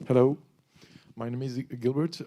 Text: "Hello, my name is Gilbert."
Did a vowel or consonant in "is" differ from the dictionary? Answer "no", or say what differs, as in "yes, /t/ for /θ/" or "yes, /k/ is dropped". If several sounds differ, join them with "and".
no